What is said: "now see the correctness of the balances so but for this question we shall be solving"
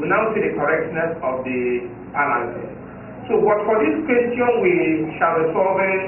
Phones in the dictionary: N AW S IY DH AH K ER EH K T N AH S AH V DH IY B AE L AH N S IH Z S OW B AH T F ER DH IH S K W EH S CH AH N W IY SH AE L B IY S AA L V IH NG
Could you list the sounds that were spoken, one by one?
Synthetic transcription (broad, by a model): N AW S IY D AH K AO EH K T N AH S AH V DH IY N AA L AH S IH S S OW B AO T F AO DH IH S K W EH S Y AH N W IY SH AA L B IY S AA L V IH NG